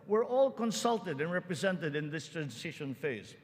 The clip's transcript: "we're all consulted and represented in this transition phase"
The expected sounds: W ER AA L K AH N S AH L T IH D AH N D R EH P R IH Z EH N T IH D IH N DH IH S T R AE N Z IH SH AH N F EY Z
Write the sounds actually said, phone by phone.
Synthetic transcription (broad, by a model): W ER AA L K AH N S AH L T IH D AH N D R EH P R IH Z EH N T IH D IH N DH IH S T R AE N S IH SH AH N F EY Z